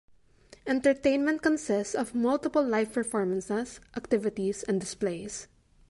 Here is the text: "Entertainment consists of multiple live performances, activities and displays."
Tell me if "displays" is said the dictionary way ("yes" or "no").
no